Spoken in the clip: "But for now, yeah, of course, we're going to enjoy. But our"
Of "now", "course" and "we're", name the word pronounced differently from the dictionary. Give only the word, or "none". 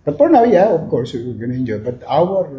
we're